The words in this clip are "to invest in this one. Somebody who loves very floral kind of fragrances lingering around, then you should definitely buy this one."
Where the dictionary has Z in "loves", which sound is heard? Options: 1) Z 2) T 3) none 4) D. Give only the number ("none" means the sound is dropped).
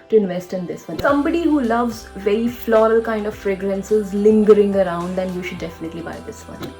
1